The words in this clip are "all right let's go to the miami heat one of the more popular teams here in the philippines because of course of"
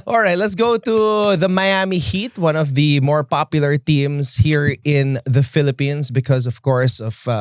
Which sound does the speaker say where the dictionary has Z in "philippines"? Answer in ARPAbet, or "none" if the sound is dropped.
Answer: S